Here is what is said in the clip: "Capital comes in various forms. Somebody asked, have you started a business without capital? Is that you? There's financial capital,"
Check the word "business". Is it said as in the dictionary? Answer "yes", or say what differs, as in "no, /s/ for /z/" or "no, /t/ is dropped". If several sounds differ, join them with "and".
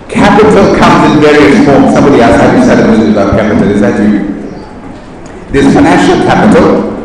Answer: no, /n/ is dropped